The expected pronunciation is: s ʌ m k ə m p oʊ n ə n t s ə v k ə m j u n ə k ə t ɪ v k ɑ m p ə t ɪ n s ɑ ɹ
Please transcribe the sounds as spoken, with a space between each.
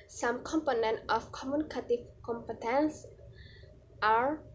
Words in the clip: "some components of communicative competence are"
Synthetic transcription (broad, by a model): s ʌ m k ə m p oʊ n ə n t ə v k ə m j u n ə k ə t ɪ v k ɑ m p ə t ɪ n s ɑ ɹ